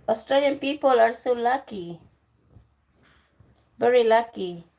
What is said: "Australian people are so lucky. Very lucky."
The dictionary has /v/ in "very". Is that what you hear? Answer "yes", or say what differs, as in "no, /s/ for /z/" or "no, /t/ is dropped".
no, /b/ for /v/